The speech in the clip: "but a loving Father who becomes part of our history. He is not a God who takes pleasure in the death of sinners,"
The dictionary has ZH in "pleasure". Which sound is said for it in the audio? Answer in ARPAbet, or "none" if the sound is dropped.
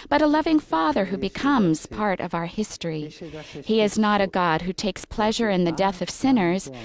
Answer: ZH